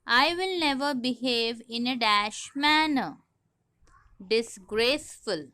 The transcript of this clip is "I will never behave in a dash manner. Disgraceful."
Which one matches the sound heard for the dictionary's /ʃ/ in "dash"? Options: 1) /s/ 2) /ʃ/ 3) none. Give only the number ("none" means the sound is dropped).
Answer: 2